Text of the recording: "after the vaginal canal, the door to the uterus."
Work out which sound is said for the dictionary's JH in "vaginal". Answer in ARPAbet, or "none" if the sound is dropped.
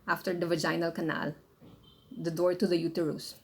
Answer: JH